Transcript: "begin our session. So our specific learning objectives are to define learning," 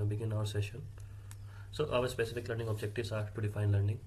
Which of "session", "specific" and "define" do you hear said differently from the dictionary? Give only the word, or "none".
none